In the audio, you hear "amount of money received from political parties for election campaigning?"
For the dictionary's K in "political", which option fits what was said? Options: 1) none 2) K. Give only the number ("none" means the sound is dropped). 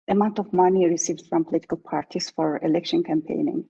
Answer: 2